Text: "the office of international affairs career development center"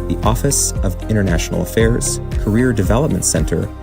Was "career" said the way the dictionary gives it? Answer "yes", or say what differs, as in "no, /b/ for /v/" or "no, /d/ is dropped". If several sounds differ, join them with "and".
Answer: yes